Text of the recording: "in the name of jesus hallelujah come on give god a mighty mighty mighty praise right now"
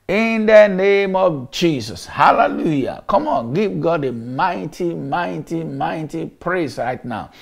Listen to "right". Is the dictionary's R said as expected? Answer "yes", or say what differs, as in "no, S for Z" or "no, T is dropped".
yes